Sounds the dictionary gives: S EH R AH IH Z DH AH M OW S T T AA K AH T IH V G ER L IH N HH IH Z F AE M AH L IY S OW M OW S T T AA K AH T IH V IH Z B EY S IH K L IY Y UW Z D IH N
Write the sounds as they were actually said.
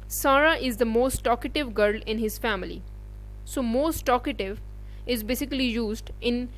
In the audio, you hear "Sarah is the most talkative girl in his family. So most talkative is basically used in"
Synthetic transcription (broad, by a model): S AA R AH IH Z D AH M OW S T T AA K AH T IH V G ER L IH N HH IH Z F AE M AH L IY S OW M OW S T T AA K AH T IH V IH Z B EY S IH K L IY Y UW Z D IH N